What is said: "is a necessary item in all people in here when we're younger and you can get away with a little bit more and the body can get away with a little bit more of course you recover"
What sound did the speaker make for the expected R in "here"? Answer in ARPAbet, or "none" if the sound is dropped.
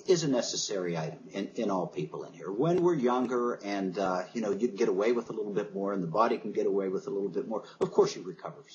R